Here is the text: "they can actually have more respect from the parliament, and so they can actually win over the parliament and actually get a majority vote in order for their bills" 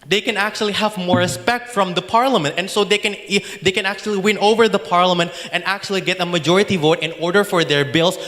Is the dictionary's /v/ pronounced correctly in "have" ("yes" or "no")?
yes